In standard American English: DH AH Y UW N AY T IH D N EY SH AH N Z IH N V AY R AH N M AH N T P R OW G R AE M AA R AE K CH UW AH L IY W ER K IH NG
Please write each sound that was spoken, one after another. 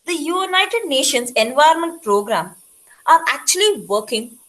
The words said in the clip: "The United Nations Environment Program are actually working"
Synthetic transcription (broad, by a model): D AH Y UW N AY T IH D N EY SH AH N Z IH N V AY AH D M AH N T P R OW G R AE M AA R AE K CH UW AH L IY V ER K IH NG